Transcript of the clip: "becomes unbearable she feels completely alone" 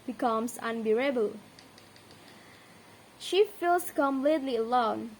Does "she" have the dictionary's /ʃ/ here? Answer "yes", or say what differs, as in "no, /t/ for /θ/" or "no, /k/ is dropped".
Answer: yes